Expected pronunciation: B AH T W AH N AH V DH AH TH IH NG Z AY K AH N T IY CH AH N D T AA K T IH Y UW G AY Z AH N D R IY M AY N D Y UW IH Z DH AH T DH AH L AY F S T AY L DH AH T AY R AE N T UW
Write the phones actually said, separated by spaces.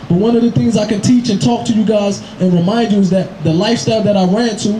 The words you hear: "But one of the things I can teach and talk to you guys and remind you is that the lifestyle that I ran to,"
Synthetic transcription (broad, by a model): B AH T W AH N AH V DH AH TH IH NG Z AY K AH N T IY CH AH N T AA K T IH Y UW G AY Z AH N R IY M AY N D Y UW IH Z DH AH T DH AH L AY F S T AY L DH AH T AY R AE N T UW